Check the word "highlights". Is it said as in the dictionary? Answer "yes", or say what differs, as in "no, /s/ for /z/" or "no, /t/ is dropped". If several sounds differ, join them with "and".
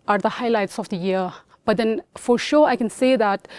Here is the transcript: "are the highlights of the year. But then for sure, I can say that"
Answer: yes